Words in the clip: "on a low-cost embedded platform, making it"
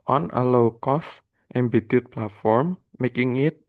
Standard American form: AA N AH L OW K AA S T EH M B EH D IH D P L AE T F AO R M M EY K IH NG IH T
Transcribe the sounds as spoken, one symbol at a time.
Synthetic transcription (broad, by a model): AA N AH L OW K AA S T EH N B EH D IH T P L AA T F AO R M M EY K IH NG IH T